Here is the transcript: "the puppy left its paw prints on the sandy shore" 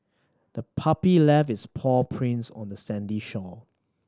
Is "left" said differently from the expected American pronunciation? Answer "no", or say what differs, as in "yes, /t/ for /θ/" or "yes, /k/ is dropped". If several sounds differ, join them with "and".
yes, /t/ is dropped